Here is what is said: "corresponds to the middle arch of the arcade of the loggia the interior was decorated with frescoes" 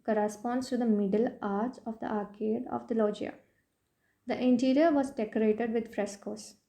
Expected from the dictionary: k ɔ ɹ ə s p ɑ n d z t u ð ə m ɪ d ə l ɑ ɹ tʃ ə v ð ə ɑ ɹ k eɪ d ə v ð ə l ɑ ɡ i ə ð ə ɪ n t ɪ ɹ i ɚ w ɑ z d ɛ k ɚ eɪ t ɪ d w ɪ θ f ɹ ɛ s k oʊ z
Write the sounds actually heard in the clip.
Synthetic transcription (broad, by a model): k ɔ ɹ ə s p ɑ n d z t u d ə m ɪ d ə l ɑ ɹ s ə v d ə ɑ ɹ k eɪ d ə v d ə l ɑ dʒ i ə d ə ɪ n t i ɹ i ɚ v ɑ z d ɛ k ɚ eɪ t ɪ d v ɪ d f ɹ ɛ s k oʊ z